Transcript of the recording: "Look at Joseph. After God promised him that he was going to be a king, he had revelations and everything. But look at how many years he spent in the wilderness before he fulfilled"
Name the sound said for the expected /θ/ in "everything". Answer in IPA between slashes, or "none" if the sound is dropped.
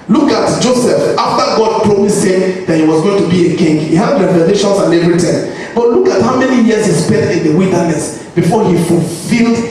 /t/